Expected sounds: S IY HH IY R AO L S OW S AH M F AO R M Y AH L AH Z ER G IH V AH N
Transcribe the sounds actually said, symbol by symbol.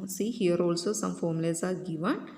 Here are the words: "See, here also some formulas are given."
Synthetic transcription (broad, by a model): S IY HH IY R AO L S OW S AH M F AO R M L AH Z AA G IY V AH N